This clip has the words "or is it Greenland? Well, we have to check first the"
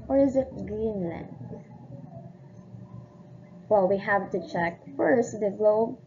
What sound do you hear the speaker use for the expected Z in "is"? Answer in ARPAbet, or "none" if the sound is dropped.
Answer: Z